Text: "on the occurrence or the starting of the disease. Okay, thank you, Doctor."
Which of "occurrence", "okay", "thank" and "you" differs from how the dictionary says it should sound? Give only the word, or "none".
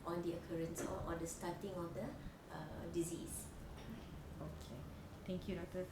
thank